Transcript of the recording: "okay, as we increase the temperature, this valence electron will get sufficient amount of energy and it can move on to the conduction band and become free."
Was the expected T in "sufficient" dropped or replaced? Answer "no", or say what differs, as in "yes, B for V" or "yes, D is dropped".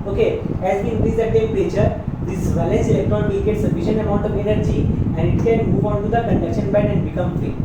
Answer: yes, T is dropped